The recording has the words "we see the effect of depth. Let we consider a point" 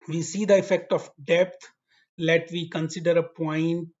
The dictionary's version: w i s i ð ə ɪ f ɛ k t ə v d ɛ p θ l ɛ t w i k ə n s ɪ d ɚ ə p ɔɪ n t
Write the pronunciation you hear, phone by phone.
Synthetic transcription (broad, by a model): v i s i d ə ɪ f ɛ k t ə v d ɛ p t l ɛ t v i k ə n s ɪ d ɚ ə p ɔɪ n t